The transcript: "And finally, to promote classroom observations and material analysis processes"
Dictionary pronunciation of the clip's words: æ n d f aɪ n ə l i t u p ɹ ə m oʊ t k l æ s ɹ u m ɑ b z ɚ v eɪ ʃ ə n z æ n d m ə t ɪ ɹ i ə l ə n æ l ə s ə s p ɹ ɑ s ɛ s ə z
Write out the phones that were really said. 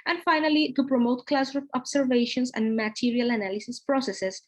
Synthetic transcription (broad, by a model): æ n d f aɪ n ə l i t u p ɹ ə m oʊ t k l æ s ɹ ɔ ɑ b s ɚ v eɪ ʃ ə n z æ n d m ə t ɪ ɹ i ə l ə n æ l ə s ə s p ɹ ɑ s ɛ s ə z